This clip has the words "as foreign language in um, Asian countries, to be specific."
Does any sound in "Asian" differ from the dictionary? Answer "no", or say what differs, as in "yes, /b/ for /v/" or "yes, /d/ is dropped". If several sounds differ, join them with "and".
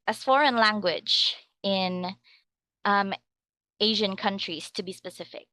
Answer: no